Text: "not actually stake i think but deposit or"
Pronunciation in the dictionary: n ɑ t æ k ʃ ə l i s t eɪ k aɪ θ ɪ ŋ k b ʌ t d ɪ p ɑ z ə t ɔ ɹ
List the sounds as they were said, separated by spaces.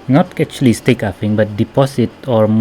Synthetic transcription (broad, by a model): n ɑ t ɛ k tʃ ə l i s t eɪ k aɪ f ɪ ŋ b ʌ t d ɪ p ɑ s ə t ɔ ɹ